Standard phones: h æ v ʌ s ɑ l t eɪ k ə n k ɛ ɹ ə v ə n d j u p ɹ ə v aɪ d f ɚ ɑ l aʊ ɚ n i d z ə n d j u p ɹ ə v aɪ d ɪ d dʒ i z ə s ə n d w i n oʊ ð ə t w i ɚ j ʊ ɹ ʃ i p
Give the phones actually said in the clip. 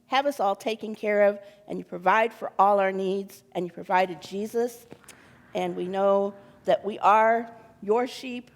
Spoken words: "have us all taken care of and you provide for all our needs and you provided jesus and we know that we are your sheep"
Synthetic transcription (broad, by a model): h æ v ʌ s ɑ l t eɪ k ə n k ɛ ɹ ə v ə n j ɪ p ɹ ə v aɪ d f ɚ ɑ l aʊ ɚ n i d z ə n j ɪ p ɹ ə v aɪ d ɪ d dʒ i z ə s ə n w i n oʊ ð ə t w i ɚ j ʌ ɹ ʃ i p